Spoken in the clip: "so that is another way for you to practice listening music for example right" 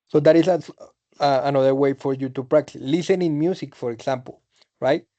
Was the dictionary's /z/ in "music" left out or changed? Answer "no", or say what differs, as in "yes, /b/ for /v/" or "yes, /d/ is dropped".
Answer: yes, /s/ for /z/